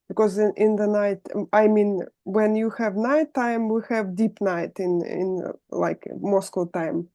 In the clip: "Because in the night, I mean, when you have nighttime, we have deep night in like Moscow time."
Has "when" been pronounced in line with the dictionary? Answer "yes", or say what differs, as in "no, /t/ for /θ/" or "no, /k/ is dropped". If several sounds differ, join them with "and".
yes